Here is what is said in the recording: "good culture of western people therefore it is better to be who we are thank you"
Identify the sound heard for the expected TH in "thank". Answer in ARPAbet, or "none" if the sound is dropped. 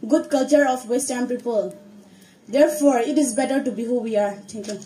T